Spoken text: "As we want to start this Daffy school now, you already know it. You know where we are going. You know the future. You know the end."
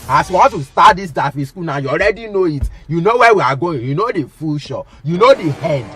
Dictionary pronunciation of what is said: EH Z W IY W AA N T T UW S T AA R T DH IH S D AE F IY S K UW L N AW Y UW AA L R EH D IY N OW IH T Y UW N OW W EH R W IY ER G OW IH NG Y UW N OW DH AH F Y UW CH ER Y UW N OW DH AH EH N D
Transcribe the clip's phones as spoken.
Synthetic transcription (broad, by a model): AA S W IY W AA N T T UW S T AA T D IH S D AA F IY S K UW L N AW Y UW AA L R EH D IY N OW IH T Y UW N OW W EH W IY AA G OW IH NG Y UW N OW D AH F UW SH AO Y UW N OW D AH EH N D